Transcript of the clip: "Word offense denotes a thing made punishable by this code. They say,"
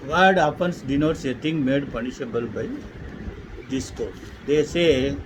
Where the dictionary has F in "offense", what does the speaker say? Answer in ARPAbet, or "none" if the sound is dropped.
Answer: P